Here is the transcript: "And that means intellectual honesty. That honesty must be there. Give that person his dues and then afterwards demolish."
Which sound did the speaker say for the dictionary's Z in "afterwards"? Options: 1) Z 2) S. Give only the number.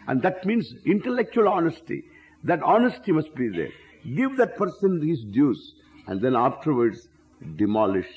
2